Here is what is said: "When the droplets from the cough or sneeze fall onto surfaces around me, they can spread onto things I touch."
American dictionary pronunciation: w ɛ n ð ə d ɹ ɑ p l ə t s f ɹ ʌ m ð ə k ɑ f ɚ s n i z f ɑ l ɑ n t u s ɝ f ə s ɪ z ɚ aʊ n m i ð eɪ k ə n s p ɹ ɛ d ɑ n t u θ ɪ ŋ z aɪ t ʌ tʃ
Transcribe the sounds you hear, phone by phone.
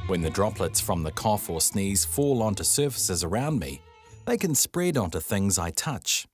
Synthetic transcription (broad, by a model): w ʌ n ð ə d ɹ ɑ p l ə t s f ɹ ʌ m ð ə k ɑ f ɚ s n i z f ɑ l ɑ n t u s ɝ f ə s ɪ z ɚ aʊ n m i ð eɪ k ə n s p ɹ ɛ d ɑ n t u θ ɪ ŋ z aɪ t ʌ tʃ